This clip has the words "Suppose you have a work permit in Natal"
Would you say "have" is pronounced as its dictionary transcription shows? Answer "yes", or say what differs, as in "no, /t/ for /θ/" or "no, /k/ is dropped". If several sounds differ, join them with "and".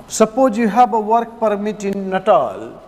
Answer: no, /b/ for /v/